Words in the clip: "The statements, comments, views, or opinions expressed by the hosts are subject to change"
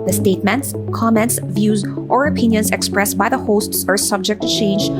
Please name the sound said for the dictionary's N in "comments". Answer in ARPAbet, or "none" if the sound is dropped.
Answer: N